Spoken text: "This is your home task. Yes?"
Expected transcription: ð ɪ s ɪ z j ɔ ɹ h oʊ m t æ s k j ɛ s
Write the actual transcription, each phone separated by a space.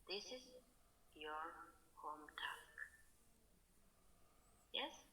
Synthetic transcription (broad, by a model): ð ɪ s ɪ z j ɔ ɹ h oʊ m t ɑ k j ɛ s